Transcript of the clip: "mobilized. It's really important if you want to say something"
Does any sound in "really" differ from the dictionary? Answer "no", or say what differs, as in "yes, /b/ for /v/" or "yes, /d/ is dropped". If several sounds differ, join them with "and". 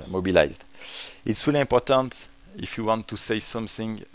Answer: yes, /w/ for /ɹ/